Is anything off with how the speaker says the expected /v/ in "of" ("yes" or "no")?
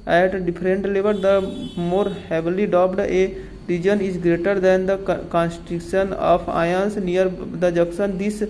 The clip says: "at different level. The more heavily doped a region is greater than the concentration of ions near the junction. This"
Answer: yes